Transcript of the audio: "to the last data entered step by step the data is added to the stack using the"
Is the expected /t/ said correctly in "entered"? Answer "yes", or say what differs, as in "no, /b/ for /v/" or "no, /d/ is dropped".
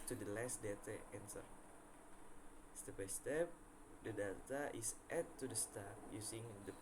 no, /s/ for /t/